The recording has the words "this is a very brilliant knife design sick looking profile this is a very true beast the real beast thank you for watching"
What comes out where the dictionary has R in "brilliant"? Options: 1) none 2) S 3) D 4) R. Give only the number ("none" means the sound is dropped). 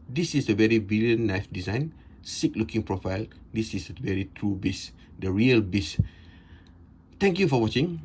1